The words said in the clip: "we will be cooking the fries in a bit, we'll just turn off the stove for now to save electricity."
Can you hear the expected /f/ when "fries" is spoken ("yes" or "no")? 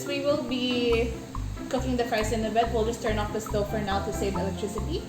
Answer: no